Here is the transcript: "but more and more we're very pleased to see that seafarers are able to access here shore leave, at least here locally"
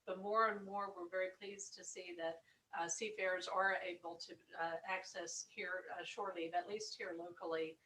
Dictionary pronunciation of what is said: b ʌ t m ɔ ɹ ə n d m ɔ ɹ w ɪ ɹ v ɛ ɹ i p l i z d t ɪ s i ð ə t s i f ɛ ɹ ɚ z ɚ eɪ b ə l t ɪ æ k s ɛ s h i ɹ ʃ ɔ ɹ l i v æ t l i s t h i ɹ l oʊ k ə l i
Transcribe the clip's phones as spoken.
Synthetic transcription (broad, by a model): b ʌ t m ɔ ɹ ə n m ɔ ɹ w ɪ ɹ v ɛ ɹ i p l i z t ɪ s i ð ə t s i f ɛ ɹ z ɚ eɪ b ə l t ɪ æ k s ɛ s h i ɹ ʃ ɔ ɹ l i æ t l i s t h i ɹ l oʊ k l i